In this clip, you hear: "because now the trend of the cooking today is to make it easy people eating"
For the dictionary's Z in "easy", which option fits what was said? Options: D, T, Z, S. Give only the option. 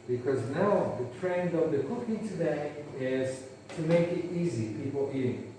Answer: Z